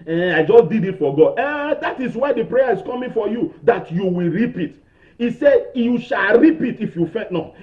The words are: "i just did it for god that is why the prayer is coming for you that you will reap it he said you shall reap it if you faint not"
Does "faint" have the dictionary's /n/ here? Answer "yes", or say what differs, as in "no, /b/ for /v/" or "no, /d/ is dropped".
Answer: no, /n/ is dropped